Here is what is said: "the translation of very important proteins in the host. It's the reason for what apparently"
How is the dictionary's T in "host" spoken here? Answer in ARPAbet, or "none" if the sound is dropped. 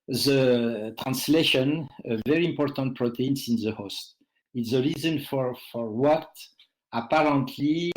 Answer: T